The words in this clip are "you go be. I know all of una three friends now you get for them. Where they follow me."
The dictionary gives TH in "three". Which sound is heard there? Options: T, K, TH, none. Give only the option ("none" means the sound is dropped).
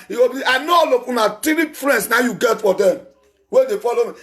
T